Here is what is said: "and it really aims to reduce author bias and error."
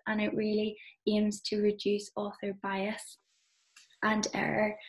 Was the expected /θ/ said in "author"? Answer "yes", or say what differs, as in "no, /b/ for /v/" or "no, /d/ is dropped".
yes